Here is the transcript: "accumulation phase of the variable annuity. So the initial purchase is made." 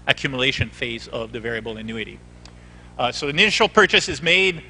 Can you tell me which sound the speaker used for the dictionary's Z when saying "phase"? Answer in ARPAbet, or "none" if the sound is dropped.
Z